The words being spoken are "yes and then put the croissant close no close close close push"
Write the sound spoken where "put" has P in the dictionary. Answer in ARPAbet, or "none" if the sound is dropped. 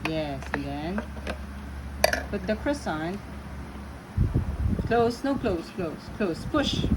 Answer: B